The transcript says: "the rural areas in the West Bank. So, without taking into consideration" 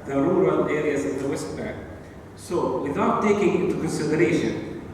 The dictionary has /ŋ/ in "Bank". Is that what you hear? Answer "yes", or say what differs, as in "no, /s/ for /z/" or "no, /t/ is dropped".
no, /ŋ/ is dropped